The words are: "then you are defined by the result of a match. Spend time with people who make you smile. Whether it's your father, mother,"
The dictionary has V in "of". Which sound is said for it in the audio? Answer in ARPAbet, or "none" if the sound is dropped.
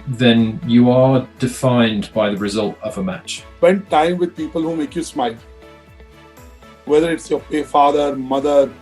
V